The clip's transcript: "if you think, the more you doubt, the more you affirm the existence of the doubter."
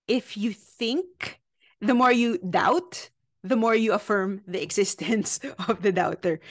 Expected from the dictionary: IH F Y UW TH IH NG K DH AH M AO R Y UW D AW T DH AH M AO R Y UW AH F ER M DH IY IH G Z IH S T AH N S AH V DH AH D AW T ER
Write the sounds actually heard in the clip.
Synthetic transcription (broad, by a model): IH F Y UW TH IH NG K DH AH M AO R Y UW D AW T DH AH M AO R Y UW AH F ER M DH IY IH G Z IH S T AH N S AH V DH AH D AW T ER